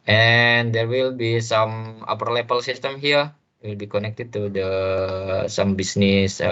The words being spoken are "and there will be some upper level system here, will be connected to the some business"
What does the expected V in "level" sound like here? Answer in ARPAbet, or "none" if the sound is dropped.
P